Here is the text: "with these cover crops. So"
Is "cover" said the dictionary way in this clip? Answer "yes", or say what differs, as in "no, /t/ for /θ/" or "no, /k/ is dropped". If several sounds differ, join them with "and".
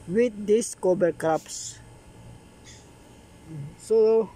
no, /b/ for /v/